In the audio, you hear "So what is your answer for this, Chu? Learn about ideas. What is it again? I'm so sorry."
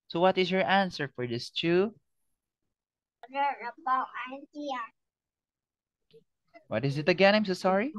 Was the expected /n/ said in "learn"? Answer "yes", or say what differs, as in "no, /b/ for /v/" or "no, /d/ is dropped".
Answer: no, /n/ is dropped